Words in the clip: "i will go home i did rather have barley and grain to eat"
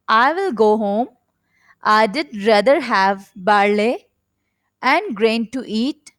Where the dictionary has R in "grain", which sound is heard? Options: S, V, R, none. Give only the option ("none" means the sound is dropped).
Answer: R